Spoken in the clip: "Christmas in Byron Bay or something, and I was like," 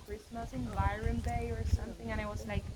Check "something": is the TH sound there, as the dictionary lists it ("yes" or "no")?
yes